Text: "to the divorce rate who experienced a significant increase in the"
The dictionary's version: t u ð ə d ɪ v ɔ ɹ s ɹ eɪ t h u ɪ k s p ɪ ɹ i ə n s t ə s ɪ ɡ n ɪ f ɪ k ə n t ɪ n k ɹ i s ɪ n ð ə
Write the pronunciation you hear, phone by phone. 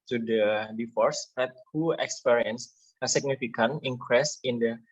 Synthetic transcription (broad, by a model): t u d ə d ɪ f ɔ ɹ s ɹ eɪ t h u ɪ k s p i ɹ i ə n s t ə s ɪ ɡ n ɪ f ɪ k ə n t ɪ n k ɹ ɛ s ɪ n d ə